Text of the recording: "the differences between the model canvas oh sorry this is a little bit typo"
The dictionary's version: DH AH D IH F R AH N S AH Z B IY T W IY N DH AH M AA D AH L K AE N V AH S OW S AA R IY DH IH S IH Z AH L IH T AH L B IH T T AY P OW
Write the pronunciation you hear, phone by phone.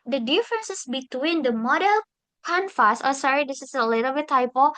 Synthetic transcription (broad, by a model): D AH D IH F R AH N S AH S B IY T W IY N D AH M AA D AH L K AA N F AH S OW S AA R IY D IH S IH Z AH L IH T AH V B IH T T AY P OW